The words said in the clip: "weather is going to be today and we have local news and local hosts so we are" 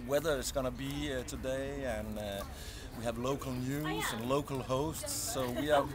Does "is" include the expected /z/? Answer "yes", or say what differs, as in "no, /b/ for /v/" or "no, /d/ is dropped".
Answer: no, /s/ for /z/